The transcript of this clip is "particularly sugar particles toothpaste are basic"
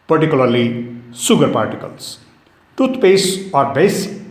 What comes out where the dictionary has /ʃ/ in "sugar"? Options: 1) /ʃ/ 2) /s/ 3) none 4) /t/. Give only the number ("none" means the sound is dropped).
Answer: 2